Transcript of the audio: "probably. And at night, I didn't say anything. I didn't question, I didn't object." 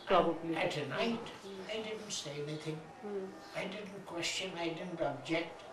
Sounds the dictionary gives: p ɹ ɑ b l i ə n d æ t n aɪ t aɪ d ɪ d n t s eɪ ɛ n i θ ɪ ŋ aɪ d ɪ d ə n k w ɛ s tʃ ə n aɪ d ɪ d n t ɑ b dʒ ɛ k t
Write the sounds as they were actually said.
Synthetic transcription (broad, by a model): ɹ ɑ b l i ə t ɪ n aɪ t aɪ d ɪ d n t s eɪ ɛ n i θ ɪ ŋ aɪ d ɪ d n k w ɛ s tʃ ə n aɪ d ɪ d n t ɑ b dʒ ɛ k t